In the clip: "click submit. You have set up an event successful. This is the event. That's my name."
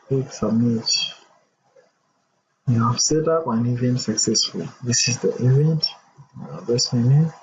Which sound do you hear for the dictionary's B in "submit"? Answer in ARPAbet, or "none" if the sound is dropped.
none